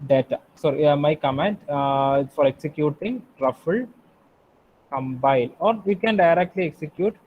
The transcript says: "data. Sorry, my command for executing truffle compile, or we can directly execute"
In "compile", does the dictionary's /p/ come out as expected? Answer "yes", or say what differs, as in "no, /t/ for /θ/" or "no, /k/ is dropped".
no, /b/ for /p/